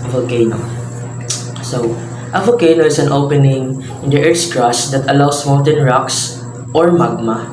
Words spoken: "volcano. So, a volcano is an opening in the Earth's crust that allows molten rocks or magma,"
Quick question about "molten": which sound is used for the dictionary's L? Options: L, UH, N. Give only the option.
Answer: N